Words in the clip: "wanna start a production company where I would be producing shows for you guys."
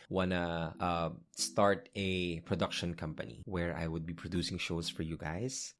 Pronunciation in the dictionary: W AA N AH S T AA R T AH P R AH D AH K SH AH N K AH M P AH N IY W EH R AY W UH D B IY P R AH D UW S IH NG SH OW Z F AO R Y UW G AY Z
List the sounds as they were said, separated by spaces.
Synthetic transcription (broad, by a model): W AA N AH S T AA R T AH P R AH D AH K SH AH N K AH M P AH N IY W EH R AY W UH D B IY P R AH D UW S IH NG SH OW S F AO R Y UW G AY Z